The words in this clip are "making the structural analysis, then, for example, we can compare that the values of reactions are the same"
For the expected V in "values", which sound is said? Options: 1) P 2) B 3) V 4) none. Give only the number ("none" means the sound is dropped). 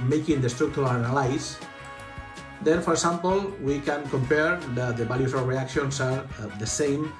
2